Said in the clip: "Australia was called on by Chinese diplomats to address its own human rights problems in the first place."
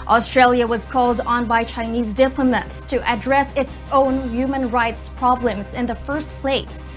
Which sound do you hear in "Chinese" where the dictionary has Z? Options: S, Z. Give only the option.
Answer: Z